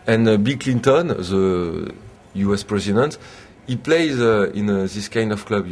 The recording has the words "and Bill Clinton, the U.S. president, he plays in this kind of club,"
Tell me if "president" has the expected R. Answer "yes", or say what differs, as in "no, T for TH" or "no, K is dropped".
yes